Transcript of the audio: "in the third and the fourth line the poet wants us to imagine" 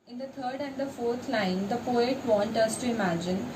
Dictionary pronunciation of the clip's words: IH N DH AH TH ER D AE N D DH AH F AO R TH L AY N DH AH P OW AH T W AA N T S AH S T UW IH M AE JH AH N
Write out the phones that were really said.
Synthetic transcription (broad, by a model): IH N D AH T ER D AE N D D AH F AO R T L AY N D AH P OW AH T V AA N T AH S T UW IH M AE JH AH N